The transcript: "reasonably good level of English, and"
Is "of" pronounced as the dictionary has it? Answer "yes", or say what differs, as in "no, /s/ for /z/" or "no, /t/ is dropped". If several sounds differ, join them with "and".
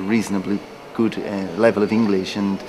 yes